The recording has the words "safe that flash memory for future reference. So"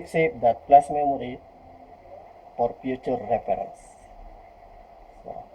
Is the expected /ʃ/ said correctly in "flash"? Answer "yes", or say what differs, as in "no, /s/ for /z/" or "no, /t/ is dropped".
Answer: no, /s/ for /ʃ/